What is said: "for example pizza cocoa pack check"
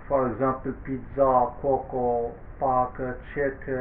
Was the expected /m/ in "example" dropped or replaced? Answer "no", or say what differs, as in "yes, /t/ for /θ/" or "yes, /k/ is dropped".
yes, /m/ is dropped